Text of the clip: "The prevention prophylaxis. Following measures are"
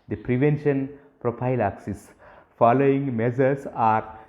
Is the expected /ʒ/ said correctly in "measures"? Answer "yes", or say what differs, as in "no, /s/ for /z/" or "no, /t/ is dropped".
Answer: no, /z/ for /ʒ/